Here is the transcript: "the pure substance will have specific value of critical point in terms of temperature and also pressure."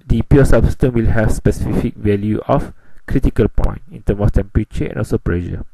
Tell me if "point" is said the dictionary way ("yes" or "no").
no